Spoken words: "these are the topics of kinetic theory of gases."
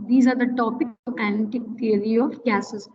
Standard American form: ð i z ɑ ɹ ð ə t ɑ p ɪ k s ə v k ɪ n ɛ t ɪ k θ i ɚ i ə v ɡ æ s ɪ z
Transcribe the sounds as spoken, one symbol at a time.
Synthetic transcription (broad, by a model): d i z ɑ ɹ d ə t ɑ p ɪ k ə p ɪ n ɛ t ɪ k t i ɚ i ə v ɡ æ s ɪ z